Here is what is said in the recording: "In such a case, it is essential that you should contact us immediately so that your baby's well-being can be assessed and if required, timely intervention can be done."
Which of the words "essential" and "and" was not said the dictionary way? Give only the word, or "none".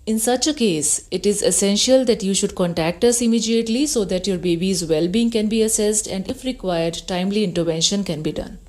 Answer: none